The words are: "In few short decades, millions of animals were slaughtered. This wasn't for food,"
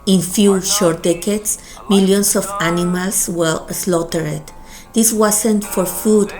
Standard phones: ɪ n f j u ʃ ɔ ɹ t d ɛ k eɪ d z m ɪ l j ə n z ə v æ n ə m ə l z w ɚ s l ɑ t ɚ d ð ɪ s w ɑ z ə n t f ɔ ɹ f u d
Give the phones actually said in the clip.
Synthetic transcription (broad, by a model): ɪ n f j u ʃ ɔ ɹ t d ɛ k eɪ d s m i l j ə n s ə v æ n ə m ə l s w ɚ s l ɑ t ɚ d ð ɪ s w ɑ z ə n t f ɔ ɹ f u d